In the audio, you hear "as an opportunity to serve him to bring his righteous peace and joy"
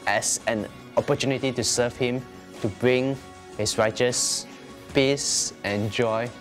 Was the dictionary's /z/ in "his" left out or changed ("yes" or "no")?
yes